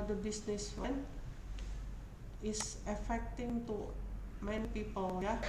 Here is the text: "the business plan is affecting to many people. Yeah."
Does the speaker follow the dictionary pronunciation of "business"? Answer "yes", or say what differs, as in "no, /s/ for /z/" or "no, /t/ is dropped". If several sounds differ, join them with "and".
no, /s/ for /z/